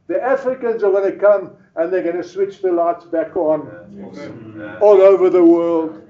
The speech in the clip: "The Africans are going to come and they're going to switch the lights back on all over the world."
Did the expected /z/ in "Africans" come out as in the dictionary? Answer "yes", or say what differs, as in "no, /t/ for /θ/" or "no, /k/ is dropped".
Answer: yes